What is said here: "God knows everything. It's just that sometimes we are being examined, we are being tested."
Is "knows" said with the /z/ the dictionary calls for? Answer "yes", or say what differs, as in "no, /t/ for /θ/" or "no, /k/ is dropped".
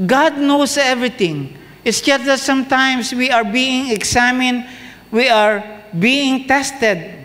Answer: no, /s/ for /z/